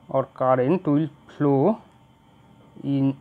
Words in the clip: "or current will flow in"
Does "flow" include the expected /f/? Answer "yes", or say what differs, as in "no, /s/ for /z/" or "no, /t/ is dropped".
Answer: no, /p/ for /f/